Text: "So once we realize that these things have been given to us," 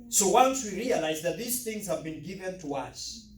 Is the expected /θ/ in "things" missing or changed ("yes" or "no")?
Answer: no